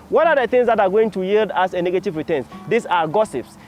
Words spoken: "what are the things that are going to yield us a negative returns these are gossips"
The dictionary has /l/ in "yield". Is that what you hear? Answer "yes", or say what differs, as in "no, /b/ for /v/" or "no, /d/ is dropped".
yes